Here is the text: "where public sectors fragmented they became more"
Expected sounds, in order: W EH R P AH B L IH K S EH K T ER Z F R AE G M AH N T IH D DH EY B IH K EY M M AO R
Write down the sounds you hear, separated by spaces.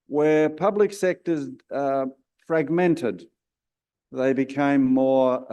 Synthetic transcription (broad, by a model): W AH R P AH B L IH K S EH K T ER Z F R AE G M AH N T IH D DH EY B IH K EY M M AO R